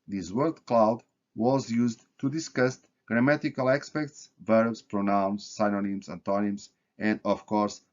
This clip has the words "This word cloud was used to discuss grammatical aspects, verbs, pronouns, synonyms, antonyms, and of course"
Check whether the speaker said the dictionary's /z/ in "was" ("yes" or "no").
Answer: yes